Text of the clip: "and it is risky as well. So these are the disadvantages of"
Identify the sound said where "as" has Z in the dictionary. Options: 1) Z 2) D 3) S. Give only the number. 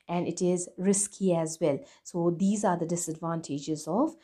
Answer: 1